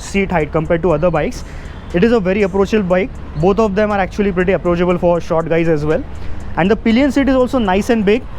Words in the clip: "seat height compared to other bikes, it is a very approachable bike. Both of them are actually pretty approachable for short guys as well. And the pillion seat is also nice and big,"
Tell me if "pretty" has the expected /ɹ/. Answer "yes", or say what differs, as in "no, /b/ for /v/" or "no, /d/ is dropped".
yes